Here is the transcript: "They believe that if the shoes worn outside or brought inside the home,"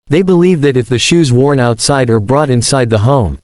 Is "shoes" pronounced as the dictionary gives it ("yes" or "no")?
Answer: yes